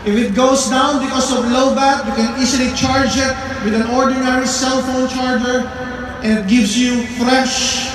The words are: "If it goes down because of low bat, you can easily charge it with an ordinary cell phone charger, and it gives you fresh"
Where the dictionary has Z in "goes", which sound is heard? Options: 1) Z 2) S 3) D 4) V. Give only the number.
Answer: 2